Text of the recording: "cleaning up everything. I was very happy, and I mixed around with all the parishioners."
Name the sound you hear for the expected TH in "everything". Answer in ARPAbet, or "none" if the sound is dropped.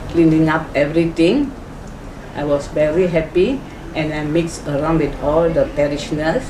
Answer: T